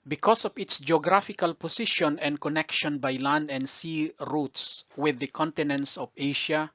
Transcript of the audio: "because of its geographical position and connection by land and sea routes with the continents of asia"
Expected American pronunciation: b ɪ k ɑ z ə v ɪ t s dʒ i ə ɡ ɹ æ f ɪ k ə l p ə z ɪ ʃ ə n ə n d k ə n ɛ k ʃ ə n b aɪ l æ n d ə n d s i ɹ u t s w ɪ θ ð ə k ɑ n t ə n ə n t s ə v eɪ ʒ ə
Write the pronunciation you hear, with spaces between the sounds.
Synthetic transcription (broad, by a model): b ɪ k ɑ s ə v ɪ t s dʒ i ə ɡ ɹ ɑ f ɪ k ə l p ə s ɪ ʃ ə n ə n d k ə n ɛ k ʃ ə n b aɪ l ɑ n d ə n d s i ɹ u t s w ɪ ð ə k ɑ n t ə n ə n t s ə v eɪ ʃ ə